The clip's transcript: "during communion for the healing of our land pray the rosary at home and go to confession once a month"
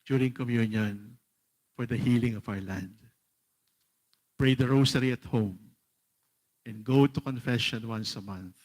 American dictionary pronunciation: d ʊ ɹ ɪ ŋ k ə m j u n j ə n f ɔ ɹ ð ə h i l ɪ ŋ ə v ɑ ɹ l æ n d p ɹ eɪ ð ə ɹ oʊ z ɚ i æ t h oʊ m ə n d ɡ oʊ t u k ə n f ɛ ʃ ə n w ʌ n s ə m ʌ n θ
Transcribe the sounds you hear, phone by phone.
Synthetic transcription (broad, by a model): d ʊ ɹ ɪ ŋ k ə m j u n j ə n f ɔ ɹ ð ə h i l ɪ ŋ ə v ɑ ɹ l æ n d p ɹ eɪ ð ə ɹ oʊ s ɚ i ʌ t h oʊ m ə n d ɡ oʊ t u k ə n f ɛ ʃ ə n w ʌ n s ə m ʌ n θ